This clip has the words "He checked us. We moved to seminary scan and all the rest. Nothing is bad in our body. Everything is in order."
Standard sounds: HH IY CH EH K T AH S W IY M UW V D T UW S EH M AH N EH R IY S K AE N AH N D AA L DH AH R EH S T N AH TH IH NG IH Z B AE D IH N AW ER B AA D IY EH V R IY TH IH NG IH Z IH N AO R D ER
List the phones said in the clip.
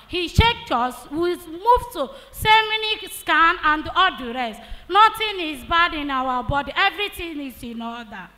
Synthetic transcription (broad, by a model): HH IY SH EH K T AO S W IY M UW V T UW S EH M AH N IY S K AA N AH N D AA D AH R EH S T N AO T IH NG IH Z B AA D IH N AW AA B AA D IY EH V R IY T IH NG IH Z IH N AO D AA